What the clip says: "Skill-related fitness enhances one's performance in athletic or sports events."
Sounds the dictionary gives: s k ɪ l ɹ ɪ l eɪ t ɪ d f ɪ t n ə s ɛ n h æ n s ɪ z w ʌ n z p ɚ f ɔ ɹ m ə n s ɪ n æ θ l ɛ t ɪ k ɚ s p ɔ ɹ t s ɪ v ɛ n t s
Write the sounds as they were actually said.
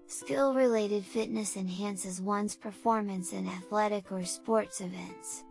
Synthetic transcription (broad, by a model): s k ɪ l ɹ ɪ l eɪ t ɪ d f ɪ t n ə s ɛ n h æ n s ɪ z w ʌ n z p ɚ f ɔ ɹ m ə n s ɪ n æ θ l ɛ t ɪ k ɚ s p ɔ ɹ t s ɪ v ɛ n t s